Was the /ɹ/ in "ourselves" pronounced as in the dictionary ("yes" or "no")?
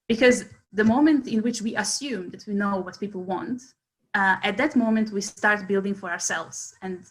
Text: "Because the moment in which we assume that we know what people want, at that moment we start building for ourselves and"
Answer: yes